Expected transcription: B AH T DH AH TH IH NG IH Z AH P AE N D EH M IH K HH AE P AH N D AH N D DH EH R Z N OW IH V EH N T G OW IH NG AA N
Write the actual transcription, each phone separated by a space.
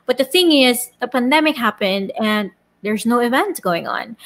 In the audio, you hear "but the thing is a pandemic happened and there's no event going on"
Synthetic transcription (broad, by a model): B AH T DH AH TH IH NG IH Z AH P AE N D EH M IH K HH AE P AH N D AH N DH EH R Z N OW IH V EH N T G OW IH NG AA N